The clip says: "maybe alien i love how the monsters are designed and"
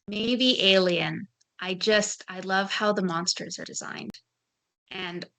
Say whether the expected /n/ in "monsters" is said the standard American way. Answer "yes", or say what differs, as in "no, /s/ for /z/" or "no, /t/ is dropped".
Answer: yes